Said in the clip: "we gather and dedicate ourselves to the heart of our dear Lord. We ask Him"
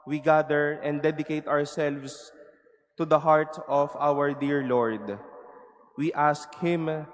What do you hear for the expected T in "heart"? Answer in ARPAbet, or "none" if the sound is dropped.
T